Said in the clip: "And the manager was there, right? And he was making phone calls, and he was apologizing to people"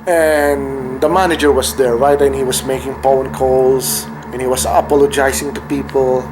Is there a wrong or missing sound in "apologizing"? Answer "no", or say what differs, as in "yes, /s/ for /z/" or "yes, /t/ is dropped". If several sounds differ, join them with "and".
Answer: yes, /s/ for /z/